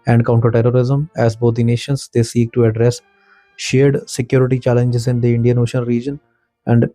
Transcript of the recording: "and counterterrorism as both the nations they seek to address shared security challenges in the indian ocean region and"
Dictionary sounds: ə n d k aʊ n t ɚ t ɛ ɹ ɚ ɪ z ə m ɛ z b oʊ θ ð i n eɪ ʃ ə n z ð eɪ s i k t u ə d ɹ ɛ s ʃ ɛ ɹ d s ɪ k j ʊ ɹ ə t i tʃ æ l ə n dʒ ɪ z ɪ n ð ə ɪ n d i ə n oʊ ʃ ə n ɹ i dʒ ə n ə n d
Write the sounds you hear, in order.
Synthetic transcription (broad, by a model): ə n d k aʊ n t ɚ t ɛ ɹ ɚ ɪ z ə m ɛ z b oʊ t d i n eɪ ʃ ə n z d eɪ s i k t u ə d ɹ ɛ s ʃ ɛ ɹ d s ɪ k j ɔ ɹ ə t i tʃ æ l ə n dʒ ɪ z ɪ n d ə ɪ n d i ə n oʊ ʃ ə n ɹ i dʒ ə n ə n d